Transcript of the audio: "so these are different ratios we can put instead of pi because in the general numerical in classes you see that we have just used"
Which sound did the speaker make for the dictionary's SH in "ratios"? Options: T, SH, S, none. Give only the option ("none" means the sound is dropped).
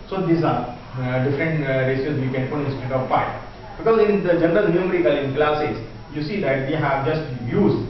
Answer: S